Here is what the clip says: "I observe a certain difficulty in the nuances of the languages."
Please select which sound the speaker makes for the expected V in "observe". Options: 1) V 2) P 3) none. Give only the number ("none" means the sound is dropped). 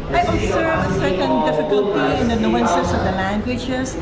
3